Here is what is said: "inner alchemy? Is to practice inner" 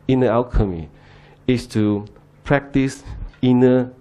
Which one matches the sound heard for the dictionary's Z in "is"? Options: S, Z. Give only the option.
S